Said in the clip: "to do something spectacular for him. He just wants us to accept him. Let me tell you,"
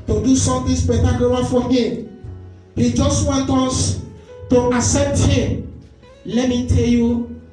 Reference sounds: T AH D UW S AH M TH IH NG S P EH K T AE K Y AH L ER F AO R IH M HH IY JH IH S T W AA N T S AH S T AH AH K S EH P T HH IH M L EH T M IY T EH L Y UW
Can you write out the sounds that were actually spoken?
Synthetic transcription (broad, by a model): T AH D UW S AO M T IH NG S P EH T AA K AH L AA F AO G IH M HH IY JH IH S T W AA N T AO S T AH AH S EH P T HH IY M L EH T M IY T EH L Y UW